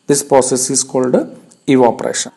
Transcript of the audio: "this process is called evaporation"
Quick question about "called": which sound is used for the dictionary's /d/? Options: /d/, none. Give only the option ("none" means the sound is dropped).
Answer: /d/